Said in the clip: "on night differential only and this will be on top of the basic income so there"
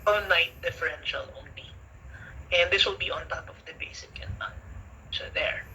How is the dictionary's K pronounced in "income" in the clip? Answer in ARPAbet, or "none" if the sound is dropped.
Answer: none